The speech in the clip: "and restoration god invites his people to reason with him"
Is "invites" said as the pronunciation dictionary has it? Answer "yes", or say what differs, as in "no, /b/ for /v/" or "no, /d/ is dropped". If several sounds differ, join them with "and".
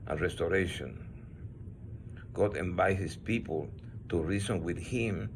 no, /s/ is dropped